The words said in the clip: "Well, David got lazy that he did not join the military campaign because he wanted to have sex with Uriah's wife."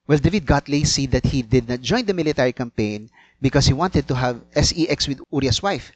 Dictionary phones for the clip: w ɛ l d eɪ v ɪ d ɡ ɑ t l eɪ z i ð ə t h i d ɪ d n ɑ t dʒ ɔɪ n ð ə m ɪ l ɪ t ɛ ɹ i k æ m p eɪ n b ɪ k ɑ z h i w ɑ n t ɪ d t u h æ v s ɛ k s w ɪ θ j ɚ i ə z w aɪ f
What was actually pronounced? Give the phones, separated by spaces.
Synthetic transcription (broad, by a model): w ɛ l d eɪ v ɪ d ɡ ɑ t l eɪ s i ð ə t h i d ɪ d n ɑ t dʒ ɔɪ n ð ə m ɪ l ɪ t ɛ ɹ i k æ m p eɪ n b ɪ k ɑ s h i w ɑ n t ɪ d t u h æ v s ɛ k s w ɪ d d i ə s w aɪ f